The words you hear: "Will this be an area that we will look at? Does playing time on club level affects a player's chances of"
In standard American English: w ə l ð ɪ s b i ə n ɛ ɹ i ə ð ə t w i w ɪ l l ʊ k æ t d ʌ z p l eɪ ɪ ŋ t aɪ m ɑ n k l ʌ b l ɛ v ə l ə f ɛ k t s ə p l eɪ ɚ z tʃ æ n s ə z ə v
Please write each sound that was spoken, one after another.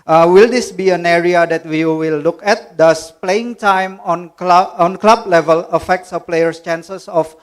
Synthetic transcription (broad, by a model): w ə l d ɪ s b i ə n ɛ ɹ i ə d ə t w i w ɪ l l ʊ k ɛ t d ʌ s p l eɪ ɪ ŋ t aɪ m ɑ n k l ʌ b l ɛ v ə l ə f ɛ k t s ə p l eɪ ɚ s tʃ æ n s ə s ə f